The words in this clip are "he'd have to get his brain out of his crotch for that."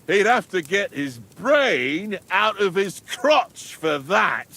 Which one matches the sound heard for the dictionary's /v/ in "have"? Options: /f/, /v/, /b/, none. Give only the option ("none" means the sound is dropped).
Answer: /f/